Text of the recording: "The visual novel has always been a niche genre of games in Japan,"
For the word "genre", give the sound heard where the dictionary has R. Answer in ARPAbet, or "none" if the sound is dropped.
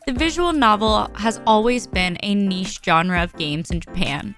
R